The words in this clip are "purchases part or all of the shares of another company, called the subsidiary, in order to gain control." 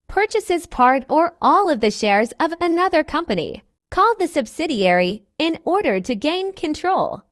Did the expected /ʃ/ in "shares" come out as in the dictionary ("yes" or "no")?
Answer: yes